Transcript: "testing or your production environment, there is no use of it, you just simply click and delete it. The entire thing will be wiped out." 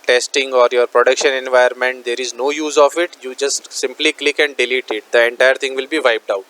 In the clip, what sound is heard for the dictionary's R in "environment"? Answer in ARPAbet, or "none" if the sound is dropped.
none